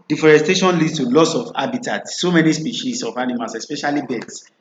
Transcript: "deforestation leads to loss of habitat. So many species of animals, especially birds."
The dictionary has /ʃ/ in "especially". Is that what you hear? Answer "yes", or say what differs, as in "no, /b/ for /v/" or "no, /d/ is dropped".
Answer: yes